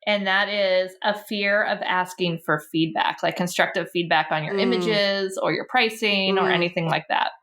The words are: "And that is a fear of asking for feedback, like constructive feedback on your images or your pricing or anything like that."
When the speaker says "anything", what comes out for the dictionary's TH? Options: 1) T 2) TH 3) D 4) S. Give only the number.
2